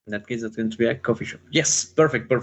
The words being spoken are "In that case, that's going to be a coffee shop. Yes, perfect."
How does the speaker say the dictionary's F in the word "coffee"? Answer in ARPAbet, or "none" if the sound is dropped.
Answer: F